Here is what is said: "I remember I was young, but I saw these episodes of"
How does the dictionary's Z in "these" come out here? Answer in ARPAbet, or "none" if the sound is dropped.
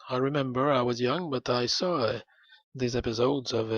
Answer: Z